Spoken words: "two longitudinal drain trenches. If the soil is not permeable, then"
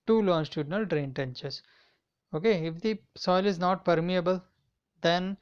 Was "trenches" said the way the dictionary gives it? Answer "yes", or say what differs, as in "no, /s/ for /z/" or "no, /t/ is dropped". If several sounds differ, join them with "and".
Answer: no, /ɹ/ is dropped